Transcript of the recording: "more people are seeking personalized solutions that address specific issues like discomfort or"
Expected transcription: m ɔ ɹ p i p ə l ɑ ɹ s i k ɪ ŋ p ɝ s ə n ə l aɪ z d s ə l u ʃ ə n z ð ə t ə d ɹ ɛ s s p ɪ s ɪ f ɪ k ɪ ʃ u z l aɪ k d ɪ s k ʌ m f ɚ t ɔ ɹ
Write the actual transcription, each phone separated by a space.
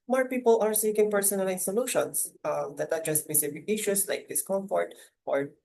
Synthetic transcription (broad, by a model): m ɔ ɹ p i p ə l ɑ ɹ s i k ɪ ŋ p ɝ s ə n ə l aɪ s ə l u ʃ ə n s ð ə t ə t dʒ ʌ s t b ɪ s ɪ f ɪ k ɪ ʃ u s l aɪ k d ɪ s k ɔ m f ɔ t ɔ ɹ